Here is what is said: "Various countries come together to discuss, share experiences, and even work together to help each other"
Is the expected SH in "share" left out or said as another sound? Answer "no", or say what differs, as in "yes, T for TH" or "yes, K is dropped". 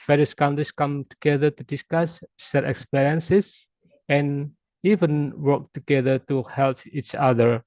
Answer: yes, S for SH